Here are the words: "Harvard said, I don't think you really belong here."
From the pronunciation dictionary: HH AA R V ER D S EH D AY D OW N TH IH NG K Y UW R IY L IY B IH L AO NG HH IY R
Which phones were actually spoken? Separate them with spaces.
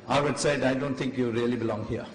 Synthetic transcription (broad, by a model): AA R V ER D S EH D AY D OW N T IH NG K Y UW R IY L IY B IH L AO NG HH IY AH